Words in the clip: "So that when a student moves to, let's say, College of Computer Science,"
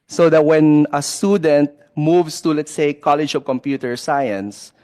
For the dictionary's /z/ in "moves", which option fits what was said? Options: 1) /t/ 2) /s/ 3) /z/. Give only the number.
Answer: 2